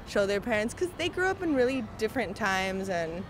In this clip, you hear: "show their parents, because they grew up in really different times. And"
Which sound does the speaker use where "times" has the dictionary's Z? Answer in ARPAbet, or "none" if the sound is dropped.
Z